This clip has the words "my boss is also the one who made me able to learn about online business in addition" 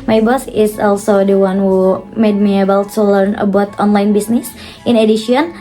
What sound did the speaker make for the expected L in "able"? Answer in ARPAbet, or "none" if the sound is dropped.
W